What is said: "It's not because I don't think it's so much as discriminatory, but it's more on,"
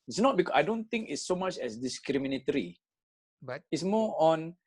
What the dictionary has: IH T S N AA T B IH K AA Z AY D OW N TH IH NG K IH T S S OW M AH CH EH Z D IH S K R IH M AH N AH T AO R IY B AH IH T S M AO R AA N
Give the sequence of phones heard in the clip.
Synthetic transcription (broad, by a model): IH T S N AA T B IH K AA AY D OW N T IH NG K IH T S S OW M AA CH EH S D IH S K R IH M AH N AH T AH R IY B IH T S M AO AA N